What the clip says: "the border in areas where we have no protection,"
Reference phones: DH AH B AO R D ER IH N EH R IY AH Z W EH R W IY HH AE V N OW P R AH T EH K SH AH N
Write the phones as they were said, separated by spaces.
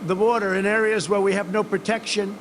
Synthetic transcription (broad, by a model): DH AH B AO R D ER IH N EH R IY AH Z W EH R W IY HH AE V N OW P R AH T EH K SH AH N